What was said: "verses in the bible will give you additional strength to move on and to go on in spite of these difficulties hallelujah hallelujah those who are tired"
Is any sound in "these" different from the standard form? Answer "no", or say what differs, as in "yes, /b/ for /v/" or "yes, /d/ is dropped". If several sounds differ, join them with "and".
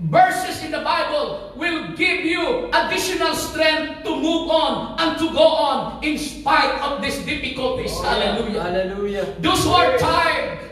yes, /s/ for /z/